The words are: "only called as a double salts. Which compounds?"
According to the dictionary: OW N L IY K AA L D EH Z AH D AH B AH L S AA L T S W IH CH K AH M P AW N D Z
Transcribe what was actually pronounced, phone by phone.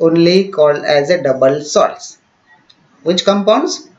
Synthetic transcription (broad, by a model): OW N L IY K AA L D EH Z AH D AH B AH L S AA T S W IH CH K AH M P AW N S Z